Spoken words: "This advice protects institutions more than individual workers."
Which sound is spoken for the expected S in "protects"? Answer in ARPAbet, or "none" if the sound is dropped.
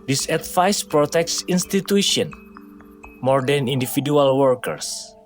S